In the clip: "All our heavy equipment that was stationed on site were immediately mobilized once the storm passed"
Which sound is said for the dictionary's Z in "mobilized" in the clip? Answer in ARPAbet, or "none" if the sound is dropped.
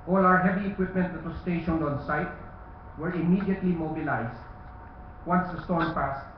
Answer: S